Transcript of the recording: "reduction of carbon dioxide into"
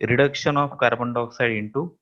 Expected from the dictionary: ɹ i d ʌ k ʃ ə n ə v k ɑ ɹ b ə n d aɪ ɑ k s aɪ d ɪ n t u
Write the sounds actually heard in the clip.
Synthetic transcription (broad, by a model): ɹ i d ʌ k ʃ ə n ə p k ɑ ɹ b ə n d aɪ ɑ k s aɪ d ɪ n t u